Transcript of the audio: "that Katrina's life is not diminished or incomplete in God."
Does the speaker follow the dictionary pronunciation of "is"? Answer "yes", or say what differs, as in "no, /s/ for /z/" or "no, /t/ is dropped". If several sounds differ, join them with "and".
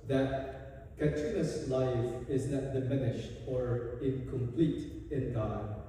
yes